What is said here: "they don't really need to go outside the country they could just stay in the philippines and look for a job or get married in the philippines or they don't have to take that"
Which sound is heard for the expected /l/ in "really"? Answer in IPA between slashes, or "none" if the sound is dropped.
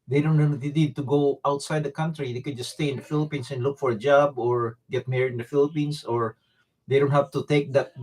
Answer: /n/